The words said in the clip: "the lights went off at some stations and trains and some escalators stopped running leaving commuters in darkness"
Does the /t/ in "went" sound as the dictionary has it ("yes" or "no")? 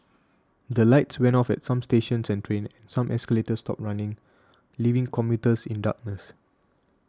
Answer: no